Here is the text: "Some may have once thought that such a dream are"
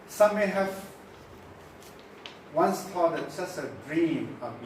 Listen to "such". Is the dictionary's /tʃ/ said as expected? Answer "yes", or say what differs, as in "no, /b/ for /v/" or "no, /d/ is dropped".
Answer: no, /s/ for /tʃ/